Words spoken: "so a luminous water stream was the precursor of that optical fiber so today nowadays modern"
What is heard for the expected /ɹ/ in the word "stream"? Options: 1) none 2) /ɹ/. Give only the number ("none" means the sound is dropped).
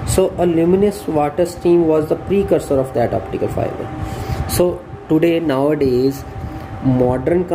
1